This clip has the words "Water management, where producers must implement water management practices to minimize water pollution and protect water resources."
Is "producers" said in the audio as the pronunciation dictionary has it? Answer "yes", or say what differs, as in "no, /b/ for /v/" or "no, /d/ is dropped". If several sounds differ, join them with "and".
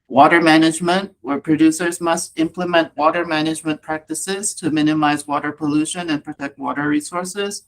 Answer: yes